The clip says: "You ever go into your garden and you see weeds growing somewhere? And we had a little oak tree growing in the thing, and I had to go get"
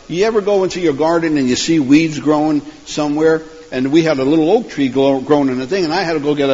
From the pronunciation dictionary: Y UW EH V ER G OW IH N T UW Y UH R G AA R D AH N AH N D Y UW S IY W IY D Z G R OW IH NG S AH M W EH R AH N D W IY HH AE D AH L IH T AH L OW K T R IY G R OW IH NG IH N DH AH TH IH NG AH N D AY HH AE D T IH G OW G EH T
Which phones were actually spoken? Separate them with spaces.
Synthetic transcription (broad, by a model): Y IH EH V ER G OW IH N T UW Y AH R G AA R D N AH N Y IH S IY W IY D Z G R OW IH NG S AH M W EH R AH N W IY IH D AH L IH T L OW K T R IY G R OW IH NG IH N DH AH TH IH NG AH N AY HH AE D T IH G OW G EH T